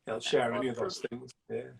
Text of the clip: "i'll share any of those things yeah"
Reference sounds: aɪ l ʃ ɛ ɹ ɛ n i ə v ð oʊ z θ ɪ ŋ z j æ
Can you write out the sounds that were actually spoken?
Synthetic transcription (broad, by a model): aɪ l ʃ ɛ ɹ ɛ n i ə v ð oʊ z θ ɪ ŋ z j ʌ